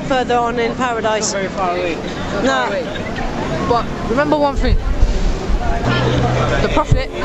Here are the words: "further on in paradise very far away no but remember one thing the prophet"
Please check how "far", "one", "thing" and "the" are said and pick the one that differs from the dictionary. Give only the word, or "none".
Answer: thing